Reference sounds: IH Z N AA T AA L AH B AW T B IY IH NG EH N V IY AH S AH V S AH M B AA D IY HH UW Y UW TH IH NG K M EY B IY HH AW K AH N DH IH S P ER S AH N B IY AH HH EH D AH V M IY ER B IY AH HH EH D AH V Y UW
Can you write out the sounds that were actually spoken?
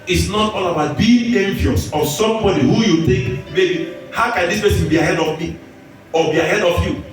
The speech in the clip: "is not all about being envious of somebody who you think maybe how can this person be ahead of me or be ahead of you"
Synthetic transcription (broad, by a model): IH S N AA T AA L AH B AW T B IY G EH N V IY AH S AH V S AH M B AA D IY HH UW Y UW T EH K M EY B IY HH AW K AH N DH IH S P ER S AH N B IY AH HH EH D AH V M IY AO B IY AH HH EH D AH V Y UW